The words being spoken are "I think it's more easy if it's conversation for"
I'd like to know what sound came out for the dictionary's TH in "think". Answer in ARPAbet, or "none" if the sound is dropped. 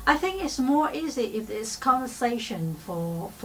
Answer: TH